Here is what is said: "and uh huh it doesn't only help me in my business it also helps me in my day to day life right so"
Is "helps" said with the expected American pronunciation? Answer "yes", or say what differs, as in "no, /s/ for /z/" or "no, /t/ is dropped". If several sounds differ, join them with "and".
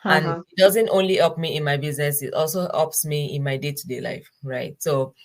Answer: no, /l/ is dropped